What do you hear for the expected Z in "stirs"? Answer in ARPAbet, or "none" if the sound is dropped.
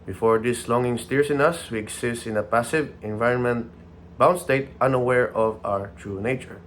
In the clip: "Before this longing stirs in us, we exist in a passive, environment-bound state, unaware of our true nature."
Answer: S